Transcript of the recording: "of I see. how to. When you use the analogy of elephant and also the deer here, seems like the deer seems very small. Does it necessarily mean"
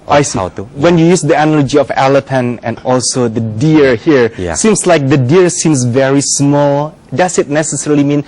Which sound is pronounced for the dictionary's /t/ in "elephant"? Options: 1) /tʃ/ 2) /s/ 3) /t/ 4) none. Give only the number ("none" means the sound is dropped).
4